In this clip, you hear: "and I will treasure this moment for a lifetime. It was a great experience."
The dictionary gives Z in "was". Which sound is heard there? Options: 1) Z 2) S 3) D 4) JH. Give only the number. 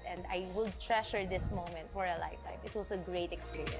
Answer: 2